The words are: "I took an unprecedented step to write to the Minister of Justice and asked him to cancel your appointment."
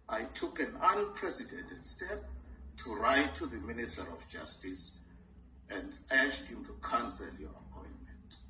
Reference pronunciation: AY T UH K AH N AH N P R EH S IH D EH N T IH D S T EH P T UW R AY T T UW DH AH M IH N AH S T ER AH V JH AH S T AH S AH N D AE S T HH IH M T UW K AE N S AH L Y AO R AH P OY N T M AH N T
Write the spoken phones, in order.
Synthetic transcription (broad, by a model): AY T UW K AH N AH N P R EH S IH D EH N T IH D S T EH P T UW R AY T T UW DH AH M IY N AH S T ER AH F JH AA S T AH S AH N D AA SH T HH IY M T UW K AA N S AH L Y AO R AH P OY N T M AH N T